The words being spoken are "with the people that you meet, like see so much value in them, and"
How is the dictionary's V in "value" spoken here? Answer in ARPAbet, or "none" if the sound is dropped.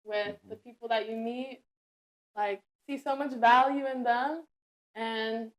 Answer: V